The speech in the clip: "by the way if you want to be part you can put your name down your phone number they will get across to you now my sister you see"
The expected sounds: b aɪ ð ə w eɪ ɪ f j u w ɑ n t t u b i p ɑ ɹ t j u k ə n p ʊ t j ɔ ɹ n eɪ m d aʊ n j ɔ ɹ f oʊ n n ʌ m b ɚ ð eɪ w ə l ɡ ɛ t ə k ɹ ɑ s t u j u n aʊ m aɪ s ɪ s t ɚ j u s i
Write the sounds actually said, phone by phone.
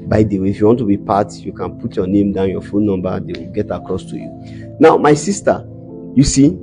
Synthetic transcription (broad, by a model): b aɪ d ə w eɪ ɪ f j u w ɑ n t t u b i p ɑ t j u k ə n p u t j ɔ n eɪ m d aʊ n j ɔ f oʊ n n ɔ m b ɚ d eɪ w ə l ɡ ɛ t ə k ɹ ɑ s t u j u n aʊ m aɪ s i s t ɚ j u s i